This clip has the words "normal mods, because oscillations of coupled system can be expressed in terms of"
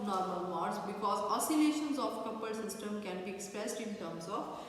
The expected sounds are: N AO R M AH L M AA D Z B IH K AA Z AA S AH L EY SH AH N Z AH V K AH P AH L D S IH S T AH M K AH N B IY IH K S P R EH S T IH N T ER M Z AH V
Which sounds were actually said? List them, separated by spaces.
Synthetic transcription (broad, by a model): N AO R M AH L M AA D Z B IH K AA Z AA S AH L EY SH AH N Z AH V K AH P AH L S IH S T AH M K AH N B IY IH K S P R EH S T IH N T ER M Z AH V